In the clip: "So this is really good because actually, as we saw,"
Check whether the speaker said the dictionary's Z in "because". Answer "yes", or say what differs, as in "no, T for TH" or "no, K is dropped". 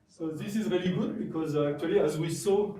yes